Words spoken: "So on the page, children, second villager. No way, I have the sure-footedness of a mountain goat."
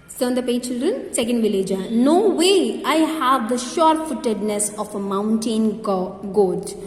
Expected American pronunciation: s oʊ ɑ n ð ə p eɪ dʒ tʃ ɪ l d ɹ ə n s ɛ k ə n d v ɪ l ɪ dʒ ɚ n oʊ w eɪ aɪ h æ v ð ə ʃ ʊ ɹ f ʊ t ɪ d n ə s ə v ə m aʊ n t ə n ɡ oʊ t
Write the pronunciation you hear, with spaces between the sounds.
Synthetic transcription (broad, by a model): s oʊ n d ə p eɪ tʃ ɪ l d ɹ ə n s ɛ k ə n d v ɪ l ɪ dʒ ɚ n oʊ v eɪ aɪ h æ v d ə ʃ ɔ ɹ f ʊ t ɪ d n ə s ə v ə m aʊ n t ə n ɡ oʊ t